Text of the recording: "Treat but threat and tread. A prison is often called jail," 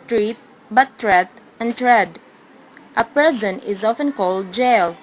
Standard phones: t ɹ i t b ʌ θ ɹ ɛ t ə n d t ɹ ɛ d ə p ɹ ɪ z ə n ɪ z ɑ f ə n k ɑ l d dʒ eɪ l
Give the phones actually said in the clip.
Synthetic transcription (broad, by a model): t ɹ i t b ʌ t ɹ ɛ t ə n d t ɹ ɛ d ə p ɪ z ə n ɪ z ɑ f ə n k ɑ l d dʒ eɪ l